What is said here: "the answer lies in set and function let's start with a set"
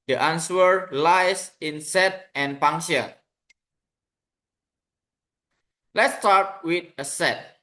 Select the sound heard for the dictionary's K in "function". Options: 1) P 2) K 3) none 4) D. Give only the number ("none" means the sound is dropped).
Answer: 3